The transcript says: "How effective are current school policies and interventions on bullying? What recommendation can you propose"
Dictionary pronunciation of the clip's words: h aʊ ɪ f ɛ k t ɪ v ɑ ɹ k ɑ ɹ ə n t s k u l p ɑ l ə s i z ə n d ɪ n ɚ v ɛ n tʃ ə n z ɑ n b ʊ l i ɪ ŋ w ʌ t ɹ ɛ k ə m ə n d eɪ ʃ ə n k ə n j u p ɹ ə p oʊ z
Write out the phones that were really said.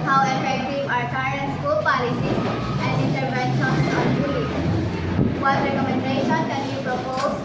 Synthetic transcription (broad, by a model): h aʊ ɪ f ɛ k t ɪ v ɑ ɹ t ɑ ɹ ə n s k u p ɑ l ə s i ə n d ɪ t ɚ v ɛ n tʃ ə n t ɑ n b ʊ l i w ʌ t ɹ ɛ k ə m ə n d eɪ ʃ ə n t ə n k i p ɹ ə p oʊ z